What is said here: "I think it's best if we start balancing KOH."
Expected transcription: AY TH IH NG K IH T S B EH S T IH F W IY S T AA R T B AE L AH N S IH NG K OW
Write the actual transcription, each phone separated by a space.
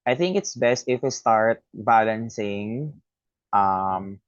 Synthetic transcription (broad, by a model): AY TH IH NG K IH T S B EH S T IH F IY S T AA R T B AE L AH N S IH NG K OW